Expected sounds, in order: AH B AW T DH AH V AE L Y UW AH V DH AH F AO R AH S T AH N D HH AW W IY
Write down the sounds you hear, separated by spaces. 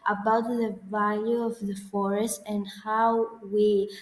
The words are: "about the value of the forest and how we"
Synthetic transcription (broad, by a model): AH B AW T DH AH V AE L Y UW AH V DH AH F AO R AH S T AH N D HH AW W IY